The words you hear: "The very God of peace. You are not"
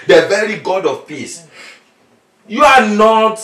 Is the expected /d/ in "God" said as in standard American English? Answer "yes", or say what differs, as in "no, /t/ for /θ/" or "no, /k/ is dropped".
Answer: yes